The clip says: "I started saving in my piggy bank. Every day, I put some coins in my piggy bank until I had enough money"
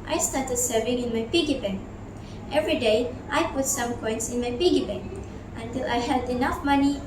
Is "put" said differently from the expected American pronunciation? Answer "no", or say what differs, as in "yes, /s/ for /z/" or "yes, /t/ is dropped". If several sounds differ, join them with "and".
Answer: no